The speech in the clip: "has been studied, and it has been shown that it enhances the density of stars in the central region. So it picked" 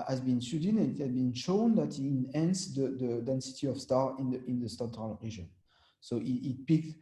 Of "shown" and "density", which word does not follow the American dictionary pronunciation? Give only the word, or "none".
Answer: none